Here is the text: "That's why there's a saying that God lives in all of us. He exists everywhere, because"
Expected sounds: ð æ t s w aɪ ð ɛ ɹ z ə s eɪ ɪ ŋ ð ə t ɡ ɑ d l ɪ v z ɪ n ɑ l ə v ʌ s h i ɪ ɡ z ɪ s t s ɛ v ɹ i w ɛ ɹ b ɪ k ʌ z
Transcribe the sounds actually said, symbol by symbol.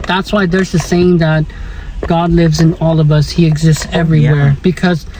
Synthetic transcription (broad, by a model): ð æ t s w aɪ ð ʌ ɹ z ə s eɪ ɪ ŋ ð ə t ɡ ɑ d l ɪ v z ɪ n ɑ l ə v ʌ s h i ɪ ɡ z ɪ s t s ɛ v ɹ i w ɛ ɹ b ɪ k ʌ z